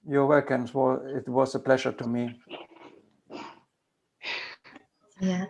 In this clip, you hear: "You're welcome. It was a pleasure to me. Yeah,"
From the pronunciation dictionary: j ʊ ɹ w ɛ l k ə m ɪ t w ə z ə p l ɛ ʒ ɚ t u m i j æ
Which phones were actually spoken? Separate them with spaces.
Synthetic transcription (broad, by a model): j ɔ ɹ w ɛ k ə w ɪ t w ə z ə p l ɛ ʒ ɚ t u m i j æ